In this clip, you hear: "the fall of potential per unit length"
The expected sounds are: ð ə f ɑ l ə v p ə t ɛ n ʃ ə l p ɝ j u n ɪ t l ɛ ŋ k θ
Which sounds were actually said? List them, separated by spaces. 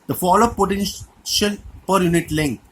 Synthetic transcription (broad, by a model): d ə f ɑ l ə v p ə t ɛ n ʃ ə l p ɝ j u n ɪ t l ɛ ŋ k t